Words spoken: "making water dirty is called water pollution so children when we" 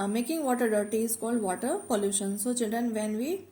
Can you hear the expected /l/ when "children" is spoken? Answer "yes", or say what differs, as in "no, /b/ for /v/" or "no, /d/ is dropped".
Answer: no, /l/ is dropped